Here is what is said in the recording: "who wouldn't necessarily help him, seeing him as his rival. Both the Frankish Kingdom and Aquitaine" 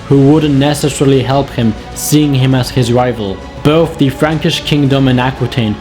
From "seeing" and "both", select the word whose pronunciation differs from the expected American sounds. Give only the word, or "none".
none